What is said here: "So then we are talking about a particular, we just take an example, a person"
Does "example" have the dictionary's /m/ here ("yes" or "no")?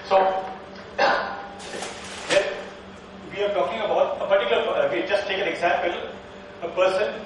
yes